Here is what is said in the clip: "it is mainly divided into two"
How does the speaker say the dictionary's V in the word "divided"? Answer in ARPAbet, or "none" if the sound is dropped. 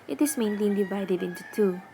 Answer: V